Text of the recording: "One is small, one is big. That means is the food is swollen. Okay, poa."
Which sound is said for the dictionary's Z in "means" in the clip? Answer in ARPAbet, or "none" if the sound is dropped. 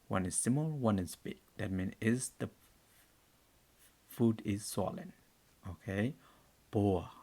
none